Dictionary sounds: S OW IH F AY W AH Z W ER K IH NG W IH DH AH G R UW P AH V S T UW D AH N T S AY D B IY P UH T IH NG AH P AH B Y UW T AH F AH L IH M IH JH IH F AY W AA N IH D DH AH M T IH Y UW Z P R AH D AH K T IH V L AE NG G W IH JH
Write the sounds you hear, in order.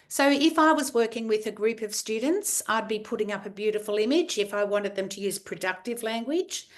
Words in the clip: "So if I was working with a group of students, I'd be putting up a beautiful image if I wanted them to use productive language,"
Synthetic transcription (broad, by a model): S OW IH F AY W AH Z W ER K IH NG W IH DH AH G R UW P AH V S T UW D N T S AY D B IY P UH T IH NG AH P AH B Y UW T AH F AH L IH M IH JH IH F AY W AA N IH D DH AH M T IH Y UW Z P R AH D AH K T IH V L AE NG G W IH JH